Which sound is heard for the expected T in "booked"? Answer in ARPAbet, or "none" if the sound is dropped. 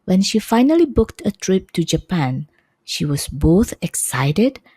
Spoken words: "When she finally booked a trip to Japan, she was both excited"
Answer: T